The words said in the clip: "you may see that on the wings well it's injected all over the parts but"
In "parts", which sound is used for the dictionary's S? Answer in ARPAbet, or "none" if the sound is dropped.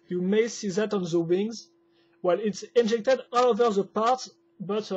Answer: none